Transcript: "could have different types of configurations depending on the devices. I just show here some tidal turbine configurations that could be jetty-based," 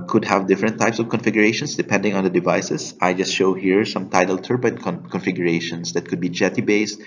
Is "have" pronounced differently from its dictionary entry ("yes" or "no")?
no